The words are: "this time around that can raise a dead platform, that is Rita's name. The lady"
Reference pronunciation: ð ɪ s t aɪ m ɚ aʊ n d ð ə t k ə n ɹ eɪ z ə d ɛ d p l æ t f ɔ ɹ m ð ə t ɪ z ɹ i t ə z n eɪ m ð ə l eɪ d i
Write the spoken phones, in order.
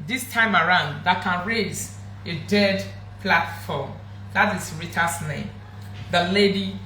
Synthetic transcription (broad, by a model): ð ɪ s t aɪ m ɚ aʊ n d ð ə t k ə n ɹ eɪ z ə d ɛ d p l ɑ t f ɔ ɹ m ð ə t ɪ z ɹ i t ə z n eɪ m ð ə l eɪ d i